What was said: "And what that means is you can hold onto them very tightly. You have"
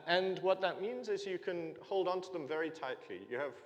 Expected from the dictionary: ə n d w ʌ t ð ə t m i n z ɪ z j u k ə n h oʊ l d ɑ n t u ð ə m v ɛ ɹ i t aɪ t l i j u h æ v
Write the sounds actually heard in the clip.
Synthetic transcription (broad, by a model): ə n w ʌ t ð ə t m i n z ɪ z j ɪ k ə n h oʊ l d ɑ n t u ð ə m v ɛ ɹ i t aɪ t l i j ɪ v